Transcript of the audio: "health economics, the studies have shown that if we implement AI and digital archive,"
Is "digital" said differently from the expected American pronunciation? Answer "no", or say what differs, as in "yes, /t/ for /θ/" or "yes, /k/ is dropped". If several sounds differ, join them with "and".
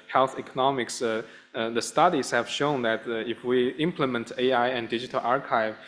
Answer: no